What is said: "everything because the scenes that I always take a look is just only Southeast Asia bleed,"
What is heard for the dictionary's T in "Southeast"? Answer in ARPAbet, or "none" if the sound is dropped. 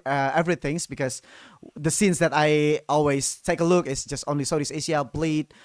none